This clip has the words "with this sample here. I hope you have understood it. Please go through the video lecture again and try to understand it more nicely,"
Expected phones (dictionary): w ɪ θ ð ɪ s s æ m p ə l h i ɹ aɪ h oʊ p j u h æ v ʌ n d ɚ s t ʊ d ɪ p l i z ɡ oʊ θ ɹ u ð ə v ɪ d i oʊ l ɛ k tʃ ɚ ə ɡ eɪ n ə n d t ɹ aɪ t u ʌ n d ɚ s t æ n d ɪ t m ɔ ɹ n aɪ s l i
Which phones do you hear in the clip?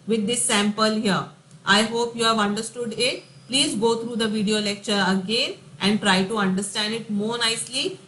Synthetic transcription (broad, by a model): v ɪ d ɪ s s æ m p ə l h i ɹ aɪ h oʊ p j u h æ v ʌ n d ɚ s t ʊ d ɪ p l i z ɡ oʊ t ɹ u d ə v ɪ d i oʊ l ɛ k tʃ ɚ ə ɡ eɪ n ə n d t ɹ aɪ t u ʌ n d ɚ s t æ n d ɪ t m ɔ ɹ n aɪ s l i